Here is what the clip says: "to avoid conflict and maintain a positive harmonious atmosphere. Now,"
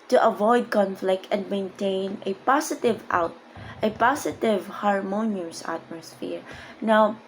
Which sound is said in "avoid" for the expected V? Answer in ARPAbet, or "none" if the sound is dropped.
V